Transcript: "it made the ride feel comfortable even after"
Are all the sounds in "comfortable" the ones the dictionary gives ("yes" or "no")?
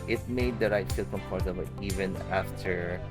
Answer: no